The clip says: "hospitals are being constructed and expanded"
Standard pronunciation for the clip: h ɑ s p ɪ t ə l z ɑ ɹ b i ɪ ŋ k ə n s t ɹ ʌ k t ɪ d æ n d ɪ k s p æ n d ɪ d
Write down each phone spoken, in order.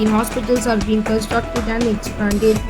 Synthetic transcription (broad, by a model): h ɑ s p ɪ t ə l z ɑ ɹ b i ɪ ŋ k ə s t ʌ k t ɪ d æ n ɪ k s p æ n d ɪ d